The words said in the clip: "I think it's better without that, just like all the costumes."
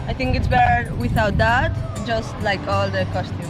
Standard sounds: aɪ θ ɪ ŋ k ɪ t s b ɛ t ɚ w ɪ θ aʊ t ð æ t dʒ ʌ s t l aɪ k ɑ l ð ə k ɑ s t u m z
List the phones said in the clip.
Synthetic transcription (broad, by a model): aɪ t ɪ ŋ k ɪ t s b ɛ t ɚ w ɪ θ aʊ t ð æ t dʒ ʌ s t l aɪ k ɑ l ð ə k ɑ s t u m